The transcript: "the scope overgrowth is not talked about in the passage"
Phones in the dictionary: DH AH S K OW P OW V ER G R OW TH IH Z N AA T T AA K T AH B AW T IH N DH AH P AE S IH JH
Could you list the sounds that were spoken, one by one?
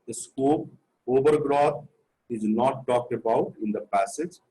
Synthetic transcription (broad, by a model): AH S K OW P OW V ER G R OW T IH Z N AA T T AA K T AH B AW T IH N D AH P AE S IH JH